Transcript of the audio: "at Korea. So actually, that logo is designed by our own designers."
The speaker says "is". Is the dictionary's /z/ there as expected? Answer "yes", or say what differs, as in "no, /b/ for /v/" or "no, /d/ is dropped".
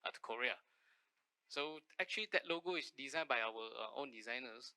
no, /s/ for /z/